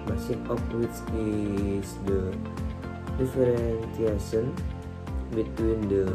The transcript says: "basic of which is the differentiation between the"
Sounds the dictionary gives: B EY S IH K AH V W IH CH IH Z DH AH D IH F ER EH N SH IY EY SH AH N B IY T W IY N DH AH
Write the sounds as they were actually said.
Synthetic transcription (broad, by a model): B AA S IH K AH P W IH S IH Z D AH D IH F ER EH N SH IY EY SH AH N B IY T W IY N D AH